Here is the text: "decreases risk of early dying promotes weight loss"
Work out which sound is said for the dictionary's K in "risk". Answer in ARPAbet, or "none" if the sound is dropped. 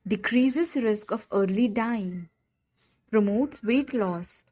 K